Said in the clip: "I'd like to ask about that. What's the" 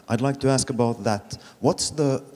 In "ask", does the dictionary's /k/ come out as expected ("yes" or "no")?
yes